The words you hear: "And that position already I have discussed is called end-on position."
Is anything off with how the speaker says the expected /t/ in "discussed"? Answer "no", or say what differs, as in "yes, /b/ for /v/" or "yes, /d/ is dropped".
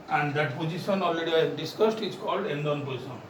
no